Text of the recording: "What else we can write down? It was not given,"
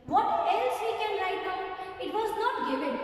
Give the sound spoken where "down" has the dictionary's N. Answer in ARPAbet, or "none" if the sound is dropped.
none